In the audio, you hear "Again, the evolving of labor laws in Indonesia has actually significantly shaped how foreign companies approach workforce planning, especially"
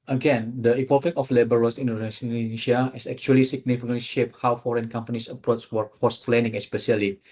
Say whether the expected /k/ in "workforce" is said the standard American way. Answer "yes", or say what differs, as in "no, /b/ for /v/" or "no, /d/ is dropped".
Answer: no, /k/ is dropped